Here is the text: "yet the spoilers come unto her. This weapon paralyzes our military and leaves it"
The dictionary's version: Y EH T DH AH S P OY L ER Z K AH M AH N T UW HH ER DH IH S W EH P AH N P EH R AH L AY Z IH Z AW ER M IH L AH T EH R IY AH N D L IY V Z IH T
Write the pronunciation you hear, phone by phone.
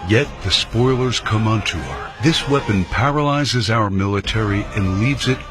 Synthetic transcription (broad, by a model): Y EH T DH AH S P OY L ER Z K AH M AH N T UW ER DH IH S W EH P AH N P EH R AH L AY Z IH Z AW ER M IH L AH T EH R IY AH N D L IY V Z IH T